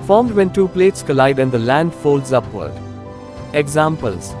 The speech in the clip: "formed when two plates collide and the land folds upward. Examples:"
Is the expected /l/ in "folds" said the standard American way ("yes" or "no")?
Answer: yes